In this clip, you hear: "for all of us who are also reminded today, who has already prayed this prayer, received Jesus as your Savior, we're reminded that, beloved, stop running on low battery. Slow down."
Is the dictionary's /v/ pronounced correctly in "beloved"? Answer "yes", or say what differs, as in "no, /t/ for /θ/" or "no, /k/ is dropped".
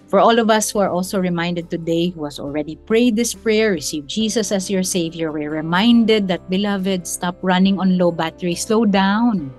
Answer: yes